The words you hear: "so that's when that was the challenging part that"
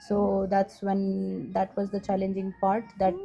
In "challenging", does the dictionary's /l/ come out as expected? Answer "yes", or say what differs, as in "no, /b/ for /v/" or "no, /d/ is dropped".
yes